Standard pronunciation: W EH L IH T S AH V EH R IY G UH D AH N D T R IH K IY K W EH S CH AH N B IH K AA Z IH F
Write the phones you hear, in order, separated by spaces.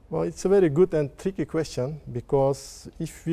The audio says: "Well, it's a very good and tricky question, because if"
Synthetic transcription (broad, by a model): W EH L IH T S AH V EH R IY G UH D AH N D T R IH K IY K W EH S CH AH N B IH K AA S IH F